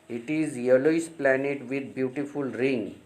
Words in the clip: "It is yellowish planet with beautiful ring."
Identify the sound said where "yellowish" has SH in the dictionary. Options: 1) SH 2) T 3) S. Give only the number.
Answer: 3